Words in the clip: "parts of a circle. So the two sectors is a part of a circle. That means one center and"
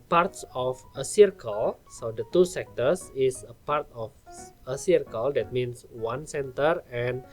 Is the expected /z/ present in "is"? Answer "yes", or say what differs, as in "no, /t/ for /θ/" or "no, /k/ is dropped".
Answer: no, /s/ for /z/